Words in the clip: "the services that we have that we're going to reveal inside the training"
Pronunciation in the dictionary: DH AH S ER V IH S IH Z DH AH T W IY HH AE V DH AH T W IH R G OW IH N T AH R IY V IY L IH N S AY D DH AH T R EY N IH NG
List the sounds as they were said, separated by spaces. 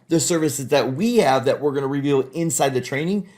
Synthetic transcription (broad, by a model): DH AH S ER V IH S IH Z DH AH T W IY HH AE V DH AH T W IH R G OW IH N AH R IY V IY L IH N S AY D DH AH T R EY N IH NG